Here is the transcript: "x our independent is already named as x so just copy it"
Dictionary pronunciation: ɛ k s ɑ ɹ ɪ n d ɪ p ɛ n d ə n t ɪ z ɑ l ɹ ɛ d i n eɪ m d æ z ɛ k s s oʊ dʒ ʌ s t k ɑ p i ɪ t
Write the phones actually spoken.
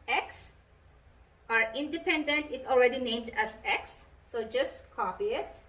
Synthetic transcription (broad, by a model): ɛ k s ɑ ɹ ɪ n d ɪ p ɛ n d ə n t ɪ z ɑ l ɹ ɛ d i n eɪ m d æ z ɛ k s s oʊ dʒ ʌ s t k ɑ p i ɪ t